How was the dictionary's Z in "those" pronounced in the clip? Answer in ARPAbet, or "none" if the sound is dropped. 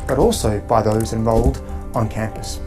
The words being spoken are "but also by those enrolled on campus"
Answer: Z